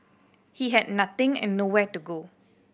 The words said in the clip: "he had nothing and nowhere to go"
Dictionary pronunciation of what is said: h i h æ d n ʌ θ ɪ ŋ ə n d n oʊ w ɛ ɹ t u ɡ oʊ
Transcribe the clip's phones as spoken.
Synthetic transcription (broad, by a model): h i h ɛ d n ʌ t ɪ ŋ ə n n oʊ w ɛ t u ɡ oʊ